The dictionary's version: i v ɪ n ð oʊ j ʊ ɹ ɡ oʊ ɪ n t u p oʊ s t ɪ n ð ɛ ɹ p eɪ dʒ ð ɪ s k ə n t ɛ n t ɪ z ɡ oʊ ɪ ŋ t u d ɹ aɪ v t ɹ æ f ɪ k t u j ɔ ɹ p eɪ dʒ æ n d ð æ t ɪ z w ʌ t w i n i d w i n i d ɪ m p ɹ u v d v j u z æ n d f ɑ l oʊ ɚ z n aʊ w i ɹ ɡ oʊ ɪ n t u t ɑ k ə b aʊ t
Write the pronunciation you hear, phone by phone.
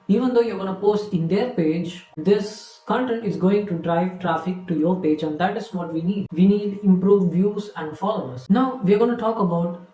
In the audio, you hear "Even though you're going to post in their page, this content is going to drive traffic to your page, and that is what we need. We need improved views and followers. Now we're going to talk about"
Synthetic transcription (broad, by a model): i v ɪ n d oʊ j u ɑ ɡ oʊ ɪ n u p oʊ s t ɪ n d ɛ ɹ p eɪ dʒ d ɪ s k ə n t ɛ n t ɪ z ɡ oʊ ɪ ŋ t u d ɹ aɪ v t ɹ æ f ɪ k t u j ɔ ɹ p eɪ dʒ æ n d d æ t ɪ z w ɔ t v i n i d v i n i d ɪ m p ɹ u v d v j u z æ n d f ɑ l oʊ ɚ s n aʊ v i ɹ ɡ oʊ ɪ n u t ɑ k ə b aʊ t